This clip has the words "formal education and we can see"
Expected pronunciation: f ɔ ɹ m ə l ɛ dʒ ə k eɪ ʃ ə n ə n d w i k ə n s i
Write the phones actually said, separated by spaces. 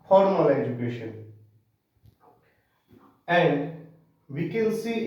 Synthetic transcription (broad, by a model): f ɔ ɹ m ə l ɛ dʒ ə k eɪ ʃ ə n ə n d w i k ə n s i